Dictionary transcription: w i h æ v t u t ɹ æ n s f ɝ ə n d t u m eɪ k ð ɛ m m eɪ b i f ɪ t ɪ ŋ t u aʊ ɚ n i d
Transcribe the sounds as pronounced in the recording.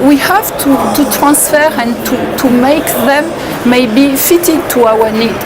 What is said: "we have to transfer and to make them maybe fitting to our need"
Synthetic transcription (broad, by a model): w i h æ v t u t ɹ æ n s f ɝ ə n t t u m eɪ k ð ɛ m m eɪ b i f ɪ t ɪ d t u aʊ ɚ n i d